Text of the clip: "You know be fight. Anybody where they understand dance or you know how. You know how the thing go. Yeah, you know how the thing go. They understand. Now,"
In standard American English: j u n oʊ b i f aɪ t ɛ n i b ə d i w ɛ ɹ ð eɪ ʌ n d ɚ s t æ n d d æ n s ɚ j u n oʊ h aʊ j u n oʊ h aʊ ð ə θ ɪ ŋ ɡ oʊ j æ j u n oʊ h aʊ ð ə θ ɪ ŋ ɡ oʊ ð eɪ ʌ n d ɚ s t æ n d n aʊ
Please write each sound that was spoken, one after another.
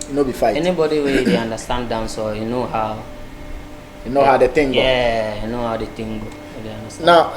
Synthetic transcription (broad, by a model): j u n oʊ b i f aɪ ɛ n i b ə d i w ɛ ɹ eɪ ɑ n d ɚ s t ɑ n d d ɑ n s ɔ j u n oʊ h aʊ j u n oʊ h aʊ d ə t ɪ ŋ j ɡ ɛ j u n oʊ h aʊ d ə t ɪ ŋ ɡ oʊ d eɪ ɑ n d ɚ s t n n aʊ